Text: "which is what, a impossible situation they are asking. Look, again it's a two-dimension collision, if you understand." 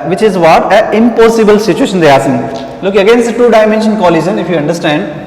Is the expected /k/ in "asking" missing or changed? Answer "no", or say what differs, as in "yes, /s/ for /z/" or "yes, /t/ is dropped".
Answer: yes, /k/ is dropped